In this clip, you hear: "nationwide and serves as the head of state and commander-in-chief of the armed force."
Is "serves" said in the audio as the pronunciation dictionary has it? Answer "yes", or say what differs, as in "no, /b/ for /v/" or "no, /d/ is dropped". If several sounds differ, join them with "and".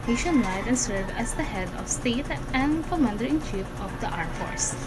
no, /z/ is dropped